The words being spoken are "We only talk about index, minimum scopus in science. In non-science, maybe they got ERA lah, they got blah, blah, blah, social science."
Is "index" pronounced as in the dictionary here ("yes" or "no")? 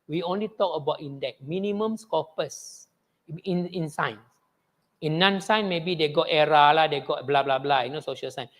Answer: no